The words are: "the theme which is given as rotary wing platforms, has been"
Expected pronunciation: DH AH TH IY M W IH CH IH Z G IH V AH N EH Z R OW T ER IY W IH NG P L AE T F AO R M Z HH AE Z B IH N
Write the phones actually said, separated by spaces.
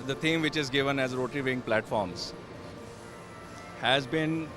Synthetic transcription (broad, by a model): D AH T IY M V IH CH IH Z G IH V AH N EH Z R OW T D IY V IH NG P L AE T F AO R M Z HH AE Z B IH N